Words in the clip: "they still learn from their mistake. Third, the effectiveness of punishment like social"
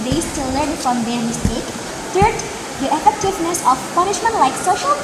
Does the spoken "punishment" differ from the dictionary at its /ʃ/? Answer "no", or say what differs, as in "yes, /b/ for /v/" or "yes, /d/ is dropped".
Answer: no